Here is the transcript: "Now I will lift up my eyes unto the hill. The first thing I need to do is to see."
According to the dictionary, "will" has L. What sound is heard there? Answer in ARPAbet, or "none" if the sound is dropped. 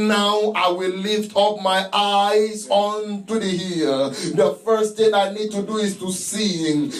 L